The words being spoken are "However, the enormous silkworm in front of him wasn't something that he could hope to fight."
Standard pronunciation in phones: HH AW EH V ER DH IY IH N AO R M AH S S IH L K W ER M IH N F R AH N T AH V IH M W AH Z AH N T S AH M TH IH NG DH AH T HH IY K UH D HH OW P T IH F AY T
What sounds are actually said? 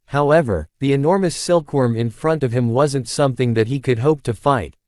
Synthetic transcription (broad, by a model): HH AW EH V ER DH IY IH N AO R M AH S S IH L K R M IH N F R AH N T AH V IH M W AH Z AH N T S AH M TH IH NG DH AH T HH IY K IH D HH OW P T IH F AY T